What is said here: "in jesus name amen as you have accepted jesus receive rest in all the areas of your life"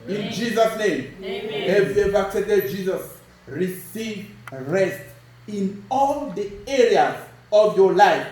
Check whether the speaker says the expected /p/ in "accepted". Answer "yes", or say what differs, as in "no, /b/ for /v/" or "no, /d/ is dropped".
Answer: no, /p/ is dropped